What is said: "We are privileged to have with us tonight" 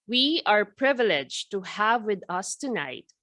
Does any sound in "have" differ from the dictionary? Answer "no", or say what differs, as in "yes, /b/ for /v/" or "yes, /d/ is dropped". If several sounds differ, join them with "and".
no